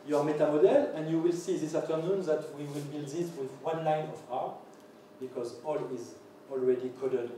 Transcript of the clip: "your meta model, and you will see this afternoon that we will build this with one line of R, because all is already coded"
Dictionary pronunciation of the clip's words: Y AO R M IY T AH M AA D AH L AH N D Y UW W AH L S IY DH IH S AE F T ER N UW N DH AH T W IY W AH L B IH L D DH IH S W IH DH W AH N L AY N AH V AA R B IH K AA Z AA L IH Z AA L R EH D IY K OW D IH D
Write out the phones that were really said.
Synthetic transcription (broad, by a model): Y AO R M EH T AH M AA D AH L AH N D Y UW W AH L S IY DH IH S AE T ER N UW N DH AH T W IY W AH L B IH L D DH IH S W IH DH W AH N L AY N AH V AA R B IH K AA Z AA L IH Z AA L R EH D IY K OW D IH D